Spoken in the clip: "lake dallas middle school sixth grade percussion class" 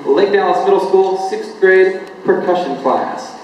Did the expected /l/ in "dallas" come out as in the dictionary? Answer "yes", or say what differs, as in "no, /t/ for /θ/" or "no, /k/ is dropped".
no, /n/ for /l/